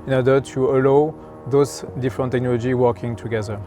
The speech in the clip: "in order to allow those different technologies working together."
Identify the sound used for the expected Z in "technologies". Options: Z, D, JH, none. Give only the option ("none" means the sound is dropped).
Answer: none